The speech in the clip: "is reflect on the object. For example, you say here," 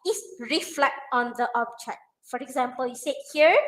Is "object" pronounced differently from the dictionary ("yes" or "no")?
yes